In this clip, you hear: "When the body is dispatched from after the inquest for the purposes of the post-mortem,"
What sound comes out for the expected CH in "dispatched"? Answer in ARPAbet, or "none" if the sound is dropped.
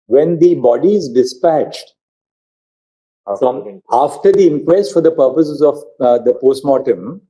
CH